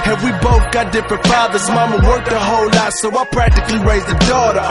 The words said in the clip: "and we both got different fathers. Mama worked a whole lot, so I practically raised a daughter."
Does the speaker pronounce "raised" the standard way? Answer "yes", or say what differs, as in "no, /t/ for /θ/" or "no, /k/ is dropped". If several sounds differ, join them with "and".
no, /d/ is dropped